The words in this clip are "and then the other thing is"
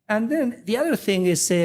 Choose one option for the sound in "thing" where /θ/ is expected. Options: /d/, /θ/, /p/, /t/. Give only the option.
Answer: /θ/